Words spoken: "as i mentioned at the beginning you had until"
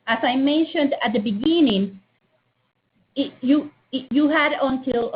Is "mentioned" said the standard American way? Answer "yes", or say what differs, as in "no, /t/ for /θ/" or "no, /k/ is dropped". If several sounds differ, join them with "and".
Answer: yes